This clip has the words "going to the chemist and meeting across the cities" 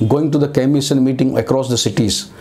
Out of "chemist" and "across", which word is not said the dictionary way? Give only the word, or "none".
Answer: chemist